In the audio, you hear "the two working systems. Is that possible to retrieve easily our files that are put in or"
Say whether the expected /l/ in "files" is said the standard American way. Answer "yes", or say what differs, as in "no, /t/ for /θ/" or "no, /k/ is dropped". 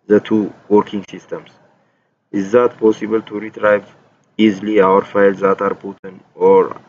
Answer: yes